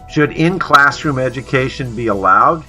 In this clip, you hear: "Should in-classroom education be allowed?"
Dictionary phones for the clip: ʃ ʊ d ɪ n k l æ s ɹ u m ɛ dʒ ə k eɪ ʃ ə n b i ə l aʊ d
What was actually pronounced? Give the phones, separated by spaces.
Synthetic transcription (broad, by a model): ʃ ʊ d ɪ n k l æ s ɹ u m ɛ dʒ ə k eɪ ʃ ə n b i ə l aʊ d